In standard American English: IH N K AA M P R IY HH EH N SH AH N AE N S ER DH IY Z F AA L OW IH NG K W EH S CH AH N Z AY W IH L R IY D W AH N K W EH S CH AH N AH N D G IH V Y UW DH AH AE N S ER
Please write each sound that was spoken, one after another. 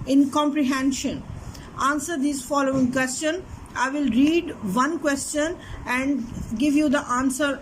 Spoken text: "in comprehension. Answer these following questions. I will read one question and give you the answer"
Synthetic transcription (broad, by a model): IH N K AA M P R IY HH EH N SH AH N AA N S ER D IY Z F AA L OW IH NG K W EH S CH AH N AY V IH L R IY D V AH N K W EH S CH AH N AH N D G IH V Y UW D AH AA N S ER